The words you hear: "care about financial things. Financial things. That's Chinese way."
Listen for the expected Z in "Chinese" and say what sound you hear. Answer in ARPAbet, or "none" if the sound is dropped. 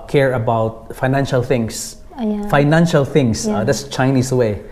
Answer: S